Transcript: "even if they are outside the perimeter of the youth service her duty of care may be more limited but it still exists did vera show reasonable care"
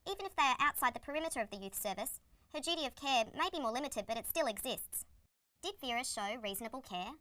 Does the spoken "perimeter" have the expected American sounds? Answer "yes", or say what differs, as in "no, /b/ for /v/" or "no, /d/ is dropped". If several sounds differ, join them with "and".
yes